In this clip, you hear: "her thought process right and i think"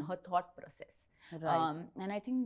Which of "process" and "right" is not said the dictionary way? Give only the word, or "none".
right